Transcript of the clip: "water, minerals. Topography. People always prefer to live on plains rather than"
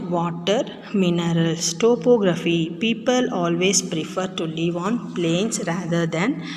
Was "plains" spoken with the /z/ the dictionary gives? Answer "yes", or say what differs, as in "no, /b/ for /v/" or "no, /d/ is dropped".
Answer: no, /s/ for /z/